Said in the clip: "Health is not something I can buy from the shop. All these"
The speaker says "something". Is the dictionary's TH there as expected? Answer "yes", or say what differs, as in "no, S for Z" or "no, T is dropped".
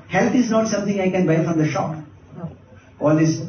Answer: no, T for TH